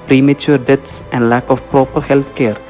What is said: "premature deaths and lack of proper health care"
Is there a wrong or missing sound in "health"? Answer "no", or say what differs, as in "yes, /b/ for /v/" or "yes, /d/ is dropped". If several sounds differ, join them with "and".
yes, /t/ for /θ/